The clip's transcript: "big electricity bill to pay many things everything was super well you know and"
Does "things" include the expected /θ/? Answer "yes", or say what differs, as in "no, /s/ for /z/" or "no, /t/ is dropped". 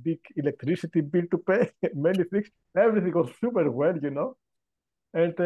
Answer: no, /f/ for /θ/